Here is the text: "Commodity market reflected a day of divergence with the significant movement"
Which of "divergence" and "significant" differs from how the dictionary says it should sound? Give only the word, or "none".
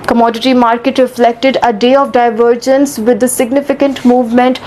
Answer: none